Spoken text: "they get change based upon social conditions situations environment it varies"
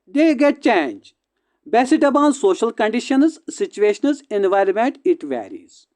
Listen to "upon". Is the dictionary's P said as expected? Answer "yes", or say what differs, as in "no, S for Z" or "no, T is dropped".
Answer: no, B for P